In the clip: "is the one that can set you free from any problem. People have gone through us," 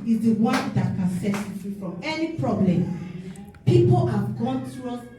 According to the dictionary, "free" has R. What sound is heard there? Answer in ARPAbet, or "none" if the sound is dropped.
none